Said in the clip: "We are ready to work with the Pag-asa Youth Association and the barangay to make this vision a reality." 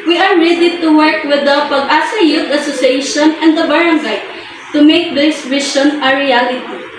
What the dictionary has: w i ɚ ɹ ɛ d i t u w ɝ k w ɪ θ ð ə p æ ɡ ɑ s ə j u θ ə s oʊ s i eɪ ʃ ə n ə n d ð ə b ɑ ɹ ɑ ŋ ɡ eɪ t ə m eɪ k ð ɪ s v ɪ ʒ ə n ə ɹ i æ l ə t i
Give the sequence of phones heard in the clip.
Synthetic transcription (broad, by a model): w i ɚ ɹ ɛ d i t u w ɝ k w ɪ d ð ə p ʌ ɡ ɑ s ə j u t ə s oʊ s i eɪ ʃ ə n ə n d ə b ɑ ɹ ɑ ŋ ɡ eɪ t ə m eɪ k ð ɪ s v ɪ ʃ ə n ə ɹ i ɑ l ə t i